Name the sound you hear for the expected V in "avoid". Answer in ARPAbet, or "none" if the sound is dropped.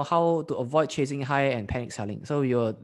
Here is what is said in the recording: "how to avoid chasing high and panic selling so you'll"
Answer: V